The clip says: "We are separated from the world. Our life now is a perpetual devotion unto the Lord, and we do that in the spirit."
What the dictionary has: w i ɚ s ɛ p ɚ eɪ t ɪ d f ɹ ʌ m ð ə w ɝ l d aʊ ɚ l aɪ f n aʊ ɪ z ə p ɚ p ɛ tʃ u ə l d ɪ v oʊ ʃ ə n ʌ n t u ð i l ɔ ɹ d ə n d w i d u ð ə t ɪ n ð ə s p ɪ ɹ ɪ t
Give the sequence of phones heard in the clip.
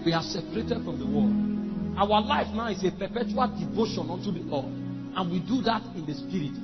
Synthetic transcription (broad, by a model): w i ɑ s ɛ p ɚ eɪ t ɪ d f ɹ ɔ m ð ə w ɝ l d aʊ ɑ l aɪ f n aʊ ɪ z ə p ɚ p ɛ tʃ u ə l d ɪ v oʊ ʃ ə n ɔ n t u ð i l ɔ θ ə n w i d u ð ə t ɪ n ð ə s p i ɹ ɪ t